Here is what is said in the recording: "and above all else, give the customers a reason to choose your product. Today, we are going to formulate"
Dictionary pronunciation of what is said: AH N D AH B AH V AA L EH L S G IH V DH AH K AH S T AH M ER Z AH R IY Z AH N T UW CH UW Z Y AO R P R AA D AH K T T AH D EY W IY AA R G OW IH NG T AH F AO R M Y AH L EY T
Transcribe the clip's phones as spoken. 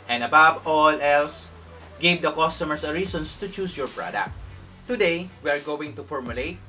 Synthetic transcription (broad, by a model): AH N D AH B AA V AA L EH L S G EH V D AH K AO S T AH M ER S AH R IY S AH N T UW CH UW S Y AO R P R AA D AH K T T AH D EY W IY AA R G OW IH NG T AH F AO R M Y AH L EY T